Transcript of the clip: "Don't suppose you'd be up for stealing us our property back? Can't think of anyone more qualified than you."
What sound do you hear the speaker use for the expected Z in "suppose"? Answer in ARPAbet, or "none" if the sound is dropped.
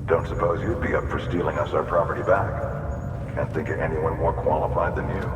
Z